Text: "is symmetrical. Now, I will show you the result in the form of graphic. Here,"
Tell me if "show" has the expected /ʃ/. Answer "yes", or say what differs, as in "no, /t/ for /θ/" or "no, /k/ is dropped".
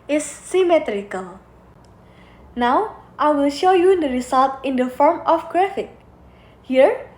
yes